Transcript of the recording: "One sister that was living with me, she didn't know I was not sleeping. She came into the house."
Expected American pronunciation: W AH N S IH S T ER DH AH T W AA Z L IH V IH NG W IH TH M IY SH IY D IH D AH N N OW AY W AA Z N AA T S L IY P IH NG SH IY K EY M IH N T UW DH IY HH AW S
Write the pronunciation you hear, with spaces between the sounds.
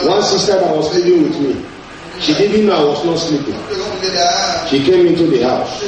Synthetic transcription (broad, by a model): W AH N S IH S T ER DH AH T W AA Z L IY P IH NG W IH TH M IY SH IY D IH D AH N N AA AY W AA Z N AA T S L IY P IH NG SH IY K EY M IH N T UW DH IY HH AW S